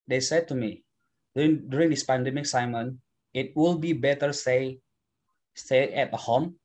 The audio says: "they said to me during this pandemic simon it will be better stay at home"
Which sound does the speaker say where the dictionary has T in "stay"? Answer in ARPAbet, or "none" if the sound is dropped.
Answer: S